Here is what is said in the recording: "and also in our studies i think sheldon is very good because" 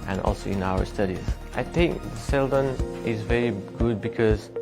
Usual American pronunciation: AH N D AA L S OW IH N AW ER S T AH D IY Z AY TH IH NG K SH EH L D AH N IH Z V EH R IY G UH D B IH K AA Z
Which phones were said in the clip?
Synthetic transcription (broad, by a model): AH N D AA L S OW IH N AW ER S T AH D IY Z AY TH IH NG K S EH L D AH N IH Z V EH R IY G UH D B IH K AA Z